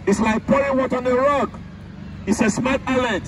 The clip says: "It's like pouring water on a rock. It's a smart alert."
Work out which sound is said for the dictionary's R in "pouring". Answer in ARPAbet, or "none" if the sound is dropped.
none